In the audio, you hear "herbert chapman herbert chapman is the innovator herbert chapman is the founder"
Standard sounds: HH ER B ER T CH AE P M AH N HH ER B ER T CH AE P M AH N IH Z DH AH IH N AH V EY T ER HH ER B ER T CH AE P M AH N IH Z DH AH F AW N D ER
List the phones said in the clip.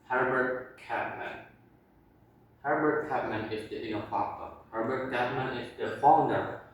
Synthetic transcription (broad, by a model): HH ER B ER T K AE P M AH N HH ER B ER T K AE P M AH N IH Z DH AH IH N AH F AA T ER HH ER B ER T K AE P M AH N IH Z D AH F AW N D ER